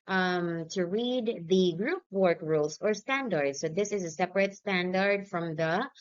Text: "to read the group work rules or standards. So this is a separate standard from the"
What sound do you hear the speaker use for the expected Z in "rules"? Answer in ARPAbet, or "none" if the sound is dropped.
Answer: S